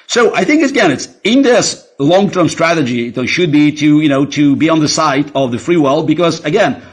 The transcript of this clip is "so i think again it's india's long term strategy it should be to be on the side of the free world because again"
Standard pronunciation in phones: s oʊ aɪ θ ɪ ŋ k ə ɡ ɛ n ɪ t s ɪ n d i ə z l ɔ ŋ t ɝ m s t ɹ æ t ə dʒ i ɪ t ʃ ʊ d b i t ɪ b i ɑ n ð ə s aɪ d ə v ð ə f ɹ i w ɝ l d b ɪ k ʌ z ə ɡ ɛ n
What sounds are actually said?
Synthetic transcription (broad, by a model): s oʊ aɪ θ ɪ ŋ k ə ɡ ɛ n ɪ t s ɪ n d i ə s l ɔ ŋ t ɝ m s t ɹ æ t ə dʒ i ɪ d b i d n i t ɪ b i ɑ n ð ə s aɪ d ə v ð ə f ɹ i w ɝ l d b ɪ k ʌ z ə ɡ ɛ n